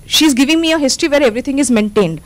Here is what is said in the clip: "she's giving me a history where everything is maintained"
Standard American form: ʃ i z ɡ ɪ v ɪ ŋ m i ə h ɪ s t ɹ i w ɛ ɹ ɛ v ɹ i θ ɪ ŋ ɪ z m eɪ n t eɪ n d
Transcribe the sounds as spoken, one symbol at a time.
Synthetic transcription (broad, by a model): ʃ i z ɡ ɪ v ɪ ŋ m i ə h ɪ s t ɹ i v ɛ ɹ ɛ v ɹ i t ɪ ŋ ɪ z m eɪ n t eɪ n d